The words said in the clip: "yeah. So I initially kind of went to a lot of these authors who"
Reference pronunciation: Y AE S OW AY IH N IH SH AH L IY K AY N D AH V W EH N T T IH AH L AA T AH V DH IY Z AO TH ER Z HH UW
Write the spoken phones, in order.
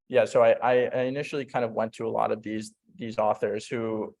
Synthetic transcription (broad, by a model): Y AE S OW AY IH N IH SH L IY K AY N D AH V W EH N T T IH AH L AA T AH V DH IY Z AO TH ER Z HH UW